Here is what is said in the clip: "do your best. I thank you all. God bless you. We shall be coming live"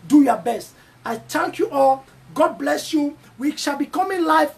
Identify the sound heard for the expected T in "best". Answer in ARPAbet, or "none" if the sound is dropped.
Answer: T